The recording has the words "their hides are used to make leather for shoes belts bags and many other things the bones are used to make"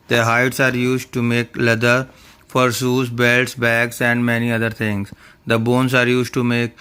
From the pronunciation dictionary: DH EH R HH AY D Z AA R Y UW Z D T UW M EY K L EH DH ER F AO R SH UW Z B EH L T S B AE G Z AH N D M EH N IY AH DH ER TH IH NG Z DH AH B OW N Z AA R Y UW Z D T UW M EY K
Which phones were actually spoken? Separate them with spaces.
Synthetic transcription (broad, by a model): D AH HH AY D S AA R Y UW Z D T UW M EY K L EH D ER F AO R S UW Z B EH L T S B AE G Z AH N D M EH N IY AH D ER T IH NG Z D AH B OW N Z AA R Y UW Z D T UW M EY K